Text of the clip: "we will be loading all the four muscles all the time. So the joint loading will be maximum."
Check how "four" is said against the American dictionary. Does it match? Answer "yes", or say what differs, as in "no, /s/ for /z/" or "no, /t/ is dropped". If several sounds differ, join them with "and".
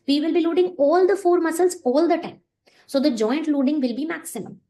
yes